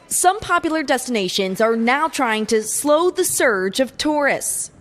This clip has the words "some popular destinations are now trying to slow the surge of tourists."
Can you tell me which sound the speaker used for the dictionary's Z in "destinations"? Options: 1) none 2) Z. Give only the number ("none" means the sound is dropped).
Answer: 2